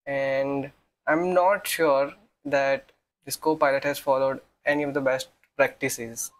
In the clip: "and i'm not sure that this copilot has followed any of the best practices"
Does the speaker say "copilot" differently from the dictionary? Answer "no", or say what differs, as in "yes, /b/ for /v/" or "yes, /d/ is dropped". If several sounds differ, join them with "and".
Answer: no